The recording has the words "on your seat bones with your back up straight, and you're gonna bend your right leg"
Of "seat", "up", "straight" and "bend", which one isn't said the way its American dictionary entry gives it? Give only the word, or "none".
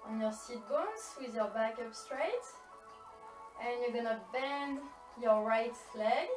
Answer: none